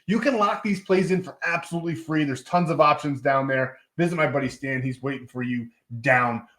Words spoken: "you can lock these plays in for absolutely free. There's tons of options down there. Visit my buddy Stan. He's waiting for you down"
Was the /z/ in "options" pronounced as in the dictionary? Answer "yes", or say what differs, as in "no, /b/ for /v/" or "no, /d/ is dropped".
yes